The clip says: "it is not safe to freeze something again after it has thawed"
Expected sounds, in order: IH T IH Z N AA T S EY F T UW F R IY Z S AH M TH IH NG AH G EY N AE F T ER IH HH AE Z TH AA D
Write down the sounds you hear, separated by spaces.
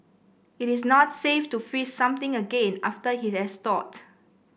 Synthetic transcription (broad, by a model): IH T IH S N AA T S EY F T UW F IY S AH M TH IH NG AH G EY N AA F T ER IH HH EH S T AA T